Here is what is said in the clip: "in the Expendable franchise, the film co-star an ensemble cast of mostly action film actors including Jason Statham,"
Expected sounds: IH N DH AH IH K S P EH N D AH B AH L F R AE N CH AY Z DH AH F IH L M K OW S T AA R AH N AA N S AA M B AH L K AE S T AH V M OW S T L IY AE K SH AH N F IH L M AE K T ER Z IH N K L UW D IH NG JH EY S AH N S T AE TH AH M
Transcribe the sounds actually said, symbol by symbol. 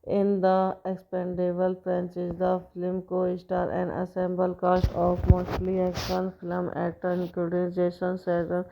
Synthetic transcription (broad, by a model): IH N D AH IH K S P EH N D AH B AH L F R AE N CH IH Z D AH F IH L M K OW S T AA R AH N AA S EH M B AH L K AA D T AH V M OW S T L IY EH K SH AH N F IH L M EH T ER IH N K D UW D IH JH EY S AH N S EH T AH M